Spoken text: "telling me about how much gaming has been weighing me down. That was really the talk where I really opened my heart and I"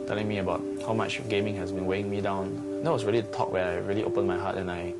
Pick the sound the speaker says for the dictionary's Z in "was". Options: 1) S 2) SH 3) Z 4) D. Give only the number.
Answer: 1